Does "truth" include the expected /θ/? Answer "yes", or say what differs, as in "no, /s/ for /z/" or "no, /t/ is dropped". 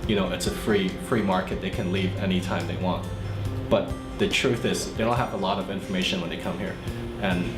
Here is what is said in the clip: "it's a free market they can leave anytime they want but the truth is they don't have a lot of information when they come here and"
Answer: yes